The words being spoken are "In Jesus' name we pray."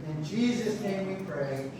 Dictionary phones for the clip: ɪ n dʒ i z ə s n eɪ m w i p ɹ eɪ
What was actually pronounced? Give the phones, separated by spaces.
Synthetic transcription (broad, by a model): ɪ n dʒ i z ə s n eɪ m w i p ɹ eɪ